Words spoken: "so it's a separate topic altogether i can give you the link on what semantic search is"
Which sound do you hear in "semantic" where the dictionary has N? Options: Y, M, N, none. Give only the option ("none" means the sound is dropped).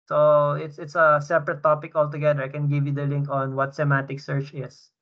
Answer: none